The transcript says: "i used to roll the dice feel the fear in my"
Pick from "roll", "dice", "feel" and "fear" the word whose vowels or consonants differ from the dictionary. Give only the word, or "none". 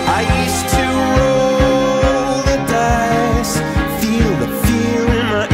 fear